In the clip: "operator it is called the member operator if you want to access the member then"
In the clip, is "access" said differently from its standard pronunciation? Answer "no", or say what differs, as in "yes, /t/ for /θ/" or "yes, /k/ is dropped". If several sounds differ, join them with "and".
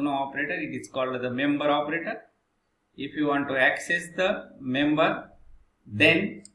no